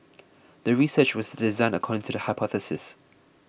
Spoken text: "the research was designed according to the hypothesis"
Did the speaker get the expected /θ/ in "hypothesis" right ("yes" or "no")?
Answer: yes